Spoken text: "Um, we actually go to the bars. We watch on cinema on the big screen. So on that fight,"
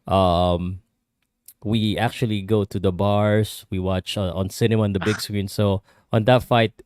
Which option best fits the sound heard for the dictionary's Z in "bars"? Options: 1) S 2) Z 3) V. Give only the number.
1